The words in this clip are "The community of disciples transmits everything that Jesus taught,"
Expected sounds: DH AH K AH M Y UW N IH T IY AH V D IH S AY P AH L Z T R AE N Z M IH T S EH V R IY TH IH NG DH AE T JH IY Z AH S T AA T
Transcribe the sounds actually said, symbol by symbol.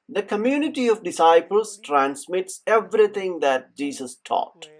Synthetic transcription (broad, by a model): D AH K AH M Y UW N IH T IY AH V D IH S AY P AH L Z T R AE N S M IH T S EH V R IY T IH NG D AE T JH IY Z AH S T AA T